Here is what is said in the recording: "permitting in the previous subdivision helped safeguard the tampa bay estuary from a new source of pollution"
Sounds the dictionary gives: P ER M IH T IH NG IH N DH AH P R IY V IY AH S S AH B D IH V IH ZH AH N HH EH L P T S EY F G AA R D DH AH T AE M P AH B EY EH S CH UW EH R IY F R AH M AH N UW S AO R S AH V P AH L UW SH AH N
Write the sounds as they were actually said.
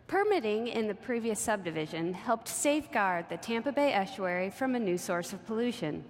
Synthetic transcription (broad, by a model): P ER M IH T IH NG IH N DH AH P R IY V IY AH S S AH B D IH V IH ZH AH N HH EH L P T S EY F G AA R D DH AH T AE M P AH B EY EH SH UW EH R IY F R AH M AH N UW S AO R S AH V P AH L UW SH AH N